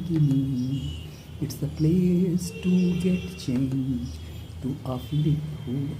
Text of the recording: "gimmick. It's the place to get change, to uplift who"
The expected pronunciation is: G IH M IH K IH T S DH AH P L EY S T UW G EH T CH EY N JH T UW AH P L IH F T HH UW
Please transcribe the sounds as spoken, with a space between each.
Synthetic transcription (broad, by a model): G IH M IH IH T S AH P L EY S T UW G EH T CH EY N JH T UW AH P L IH T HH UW